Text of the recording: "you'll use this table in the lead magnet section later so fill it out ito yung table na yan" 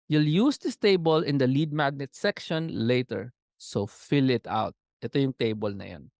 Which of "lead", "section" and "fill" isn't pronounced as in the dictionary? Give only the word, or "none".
none